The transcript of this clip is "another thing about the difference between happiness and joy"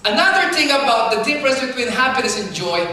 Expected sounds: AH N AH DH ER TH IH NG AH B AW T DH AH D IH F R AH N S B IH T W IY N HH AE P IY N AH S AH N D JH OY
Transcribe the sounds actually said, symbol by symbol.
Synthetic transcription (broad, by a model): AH N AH DH ER TH IH NG AH B AW T DH AH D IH P R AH S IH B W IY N HH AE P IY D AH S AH N JH OY